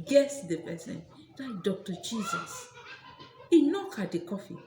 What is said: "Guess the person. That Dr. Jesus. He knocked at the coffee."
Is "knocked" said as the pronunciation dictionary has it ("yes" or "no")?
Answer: no